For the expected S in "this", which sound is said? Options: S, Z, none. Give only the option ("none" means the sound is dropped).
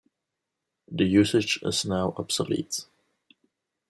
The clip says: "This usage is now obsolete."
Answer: none